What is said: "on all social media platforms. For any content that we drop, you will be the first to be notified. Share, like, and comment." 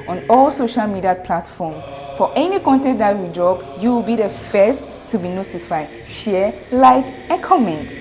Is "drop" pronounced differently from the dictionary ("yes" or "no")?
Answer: yes